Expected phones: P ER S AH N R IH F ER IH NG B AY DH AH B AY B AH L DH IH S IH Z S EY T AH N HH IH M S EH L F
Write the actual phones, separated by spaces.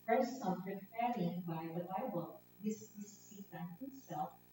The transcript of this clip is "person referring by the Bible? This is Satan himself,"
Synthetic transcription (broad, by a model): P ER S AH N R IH P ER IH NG B AY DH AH B AY B AH L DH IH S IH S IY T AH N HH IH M S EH L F